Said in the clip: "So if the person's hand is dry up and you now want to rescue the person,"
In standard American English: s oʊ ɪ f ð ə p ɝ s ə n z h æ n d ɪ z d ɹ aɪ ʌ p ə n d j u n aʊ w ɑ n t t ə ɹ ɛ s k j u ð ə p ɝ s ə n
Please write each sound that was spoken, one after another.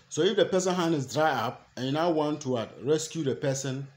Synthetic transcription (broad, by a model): s oʊ ɪ f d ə p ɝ s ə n h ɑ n ɪ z d ɹ aɪ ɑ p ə n j u n aʊ w ɑ n t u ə ɹ ɛ s k j u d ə p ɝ s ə n